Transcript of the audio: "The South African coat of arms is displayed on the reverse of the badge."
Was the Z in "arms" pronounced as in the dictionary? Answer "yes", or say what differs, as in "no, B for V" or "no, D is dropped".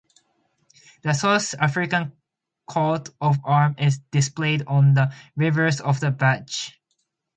no, Z is dropped